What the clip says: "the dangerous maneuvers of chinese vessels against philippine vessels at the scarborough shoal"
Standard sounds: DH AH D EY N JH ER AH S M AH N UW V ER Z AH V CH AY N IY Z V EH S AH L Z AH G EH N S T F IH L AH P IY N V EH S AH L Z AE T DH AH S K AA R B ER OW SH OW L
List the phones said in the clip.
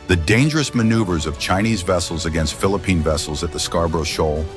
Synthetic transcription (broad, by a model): DH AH D EY N JH ER AH S M AH N UW V ER Z AH V CH AY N IY Z V EH S L Z AH G EH N S T F IH L AH P IY N V EH S L Z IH T DH AH S K AA R B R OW SH OW L